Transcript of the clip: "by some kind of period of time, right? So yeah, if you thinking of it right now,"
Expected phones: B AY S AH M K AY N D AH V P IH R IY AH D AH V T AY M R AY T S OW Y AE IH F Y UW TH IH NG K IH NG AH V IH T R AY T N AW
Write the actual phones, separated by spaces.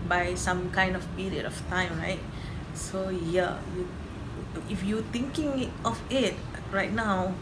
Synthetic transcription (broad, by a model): B AY S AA M K AY N D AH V P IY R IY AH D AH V T AY M R AY T S OW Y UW IH F Y UW T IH NG K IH NG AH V IH T R AY T N AW